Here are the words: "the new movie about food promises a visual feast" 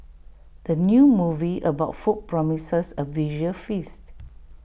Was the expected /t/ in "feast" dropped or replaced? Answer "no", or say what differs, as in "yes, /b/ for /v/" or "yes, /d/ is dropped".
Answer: no